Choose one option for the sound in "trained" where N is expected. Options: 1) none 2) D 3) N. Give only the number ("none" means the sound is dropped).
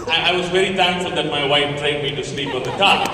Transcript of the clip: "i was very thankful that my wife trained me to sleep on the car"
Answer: 1